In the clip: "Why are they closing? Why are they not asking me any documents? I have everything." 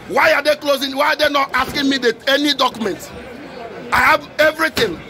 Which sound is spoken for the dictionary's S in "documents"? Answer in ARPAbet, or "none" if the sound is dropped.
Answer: none